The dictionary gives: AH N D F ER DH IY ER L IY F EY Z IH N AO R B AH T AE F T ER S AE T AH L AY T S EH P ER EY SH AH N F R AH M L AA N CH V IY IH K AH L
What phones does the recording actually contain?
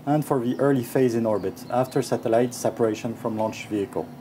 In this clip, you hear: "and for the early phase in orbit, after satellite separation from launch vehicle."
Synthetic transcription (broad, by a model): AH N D F ER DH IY ER L IY F EY Z IH N AO R B AH T AE F T ER S AE T AH L AY T S EH P ER EY SH AH N F R AH M L AA N CH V IY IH K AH L